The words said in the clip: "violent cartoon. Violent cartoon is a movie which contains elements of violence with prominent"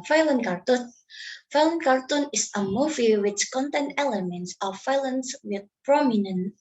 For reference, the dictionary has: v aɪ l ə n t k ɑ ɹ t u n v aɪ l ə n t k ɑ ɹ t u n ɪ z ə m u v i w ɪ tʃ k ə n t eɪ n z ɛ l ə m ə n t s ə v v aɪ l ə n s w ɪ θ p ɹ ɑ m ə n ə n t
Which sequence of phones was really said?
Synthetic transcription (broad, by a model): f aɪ l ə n k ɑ ɹ t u n f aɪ l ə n k ɑ ɹ t u n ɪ s ə m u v i w ɪ tʃ k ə n t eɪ n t ɛ l ə m ə n t s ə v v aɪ l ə n s w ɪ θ p ɹ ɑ m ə n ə n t